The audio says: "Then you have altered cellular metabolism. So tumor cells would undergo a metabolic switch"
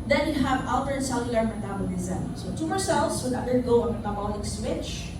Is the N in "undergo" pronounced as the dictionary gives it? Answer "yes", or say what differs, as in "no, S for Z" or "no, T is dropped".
no, N is dropped